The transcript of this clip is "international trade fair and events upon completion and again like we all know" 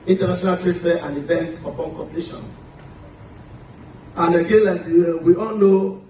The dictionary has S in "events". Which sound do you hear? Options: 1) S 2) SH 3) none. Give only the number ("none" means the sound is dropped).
1